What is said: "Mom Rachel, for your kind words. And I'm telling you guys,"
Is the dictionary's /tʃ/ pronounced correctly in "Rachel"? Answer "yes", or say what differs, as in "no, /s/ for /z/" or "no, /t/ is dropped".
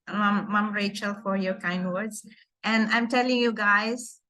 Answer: yes